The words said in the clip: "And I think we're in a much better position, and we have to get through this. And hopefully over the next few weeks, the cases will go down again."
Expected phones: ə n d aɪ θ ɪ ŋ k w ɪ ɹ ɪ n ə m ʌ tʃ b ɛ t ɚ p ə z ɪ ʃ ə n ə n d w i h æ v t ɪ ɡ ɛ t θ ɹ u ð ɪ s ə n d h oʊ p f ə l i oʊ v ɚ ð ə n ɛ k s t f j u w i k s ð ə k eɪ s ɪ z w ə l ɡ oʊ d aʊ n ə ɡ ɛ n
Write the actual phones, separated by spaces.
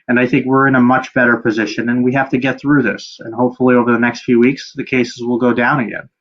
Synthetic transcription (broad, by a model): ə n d aɪ θ ɪ ŋ k w ɪ ɹ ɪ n ə m ʌ tʃ b ɛ t ɚ p ə z ɪ ʃ ə n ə n w i h æ f t ɪ ɡ ɛ t θ ɹ u ð ɪ s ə n h oʊ p f l i oʊ v ɚ ð ə n ɛ k s t f j u w i k s ð ə k eɪ s ɪ z w ə l ɡ oʊ d aʊ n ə ɡ ɛ n